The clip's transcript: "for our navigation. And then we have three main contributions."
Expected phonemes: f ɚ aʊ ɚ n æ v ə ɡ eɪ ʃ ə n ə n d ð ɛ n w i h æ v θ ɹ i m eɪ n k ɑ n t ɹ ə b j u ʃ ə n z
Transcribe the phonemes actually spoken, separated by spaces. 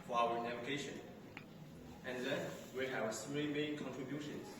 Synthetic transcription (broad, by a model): f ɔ aʊ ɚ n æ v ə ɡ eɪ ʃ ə n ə n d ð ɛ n w i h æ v s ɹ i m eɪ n k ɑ n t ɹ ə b j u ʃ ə n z